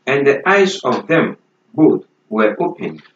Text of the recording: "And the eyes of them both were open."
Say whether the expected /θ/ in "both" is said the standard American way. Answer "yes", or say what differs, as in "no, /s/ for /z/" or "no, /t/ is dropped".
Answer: no, /t/ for /θ/